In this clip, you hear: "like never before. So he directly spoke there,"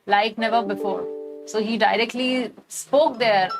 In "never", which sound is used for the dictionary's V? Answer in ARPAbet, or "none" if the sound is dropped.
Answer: V